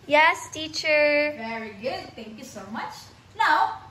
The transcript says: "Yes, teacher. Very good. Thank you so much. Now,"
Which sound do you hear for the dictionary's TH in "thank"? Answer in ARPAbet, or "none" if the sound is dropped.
T